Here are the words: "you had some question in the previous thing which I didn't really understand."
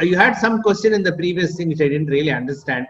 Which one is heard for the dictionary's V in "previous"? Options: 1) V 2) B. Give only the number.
1